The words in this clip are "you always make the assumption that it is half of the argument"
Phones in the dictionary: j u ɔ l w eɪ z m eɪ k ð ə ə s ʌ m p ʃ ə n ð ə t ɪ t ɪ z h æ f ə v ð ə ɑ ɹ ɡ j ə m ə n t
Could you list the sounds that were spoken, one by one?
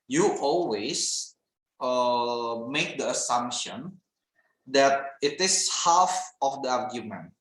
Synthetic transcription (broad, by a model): j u ɔ l w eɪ s m eɪ k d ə ə s ʌ m p ʃ ə n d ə t ɪ t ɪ s h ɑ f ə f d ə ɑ ɹ ɡ j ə m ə n t